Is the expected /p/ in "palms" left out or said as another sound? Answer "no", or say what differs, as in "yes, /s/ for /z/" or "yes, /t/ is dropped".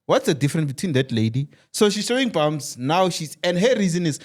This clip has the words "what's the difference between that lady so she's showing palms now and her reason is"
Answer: yes, /b/ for /p/